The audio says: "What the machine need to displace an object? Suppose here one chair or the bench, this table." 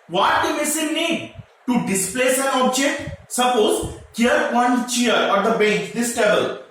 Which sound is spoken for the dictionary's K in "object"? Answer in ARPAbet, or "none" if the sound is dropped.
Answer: K